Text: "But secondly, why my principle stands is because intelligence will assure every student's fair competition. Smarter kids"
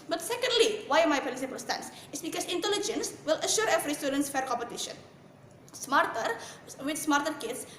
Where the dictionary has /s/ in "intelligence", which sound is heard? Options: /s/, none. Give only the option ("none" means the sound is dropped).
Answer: /s/